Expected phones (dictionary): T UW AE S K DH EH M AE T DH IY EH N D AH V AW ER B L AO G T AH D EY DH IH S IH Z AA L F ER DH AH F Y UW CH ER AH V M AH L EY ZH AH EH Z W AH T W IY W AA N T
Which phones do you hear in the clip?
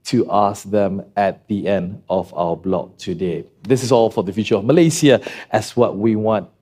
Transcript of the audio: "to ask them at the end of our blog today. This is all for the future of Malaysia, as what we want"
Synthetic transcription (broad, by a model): T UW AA S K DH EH M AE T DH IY EH N D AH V AW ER B L AO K T AH D EY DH IH S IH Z AA L F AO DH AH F Y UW CH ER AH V M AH L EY S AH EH S W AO T W IY W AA N T